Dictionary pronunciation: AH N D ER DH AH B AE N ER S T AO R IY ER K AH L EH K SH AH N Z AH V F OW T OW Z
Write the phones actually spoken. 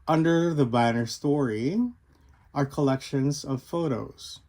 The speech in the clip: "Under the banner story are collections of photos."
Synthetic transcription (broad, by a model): AH N D ER DH AH B AE N ER S T AO R IY ER K AH L EH K SH AH N Z AH V F OW T OW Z